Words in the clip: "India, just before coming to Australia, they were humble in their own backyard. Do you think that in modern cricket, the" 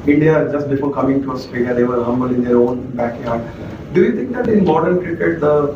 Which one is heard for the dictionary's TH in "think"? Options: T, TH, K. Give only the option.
T